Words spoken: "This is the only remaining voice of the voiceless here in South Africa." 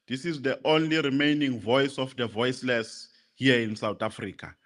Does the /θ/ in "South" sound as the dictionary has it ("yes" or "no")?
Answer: no